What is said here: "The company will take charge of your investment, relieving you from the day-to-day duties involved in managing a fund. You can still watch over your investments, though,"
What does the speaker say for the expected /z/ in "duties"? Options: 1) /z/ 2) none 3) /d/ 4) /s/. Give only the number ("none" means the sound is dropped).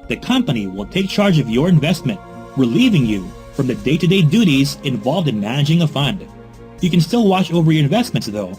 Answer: 1